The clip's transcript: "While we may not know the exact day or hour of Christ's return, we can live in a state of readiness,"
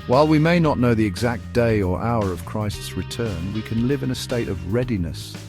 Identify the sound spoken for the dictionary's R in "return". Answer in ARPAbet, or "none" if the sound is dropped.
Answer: R